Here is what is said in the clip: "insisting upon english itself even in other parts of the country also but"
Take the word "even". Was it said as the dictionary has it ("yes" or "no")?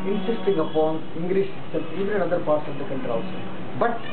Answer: no